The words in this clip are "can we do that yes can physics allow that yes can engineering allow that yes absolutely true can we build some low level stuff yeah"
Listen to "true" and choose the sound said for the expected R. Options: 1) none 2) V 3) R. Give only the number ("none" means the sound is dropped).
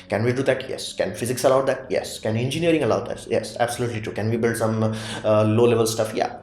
1